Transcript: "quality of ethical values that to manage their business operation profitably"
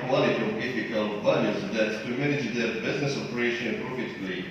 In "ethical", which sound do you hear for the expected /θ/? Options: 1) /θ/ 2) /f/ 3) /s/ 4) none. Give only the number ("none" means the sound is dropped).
2